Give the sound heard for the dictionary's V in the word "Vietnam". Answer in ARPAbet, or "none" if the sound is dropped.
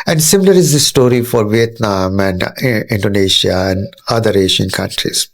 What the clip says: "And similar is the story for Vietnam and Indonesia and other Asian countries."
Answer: V